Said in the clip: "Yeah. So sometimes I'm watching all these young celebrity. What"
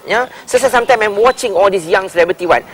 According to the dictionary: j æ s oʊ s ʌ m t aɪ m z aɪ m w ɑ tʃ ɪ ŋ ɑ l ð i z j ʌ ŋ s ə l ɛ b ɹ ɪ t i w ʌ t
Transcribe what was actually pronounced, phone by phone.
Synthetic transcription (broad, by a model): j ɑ s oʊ s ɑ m t aɪ m aɪ m w ɑ tʃ ɪ ŋ ɑ l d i s j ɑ ŋ s ə l ɛ b ɹ ɪ t i w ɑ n